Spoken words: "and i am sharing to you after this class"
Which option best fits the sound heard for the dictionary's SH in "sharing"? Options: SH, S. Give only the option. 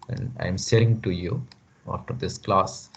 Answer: S